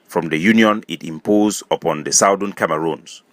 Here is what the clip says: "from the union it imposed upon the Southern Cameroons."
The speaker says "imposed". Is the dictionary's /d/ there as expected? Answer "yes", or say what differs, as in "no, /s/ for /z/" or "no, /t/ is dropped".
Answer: no, /d/ is dropped